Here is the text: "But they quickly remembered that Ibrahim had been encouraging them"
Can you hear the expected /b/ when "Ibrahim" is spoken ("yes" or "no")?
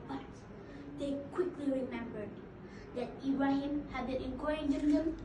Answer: no